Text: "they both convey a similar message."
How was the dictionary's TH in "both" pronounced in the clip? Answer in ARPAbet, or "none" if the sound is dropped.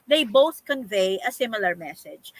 TH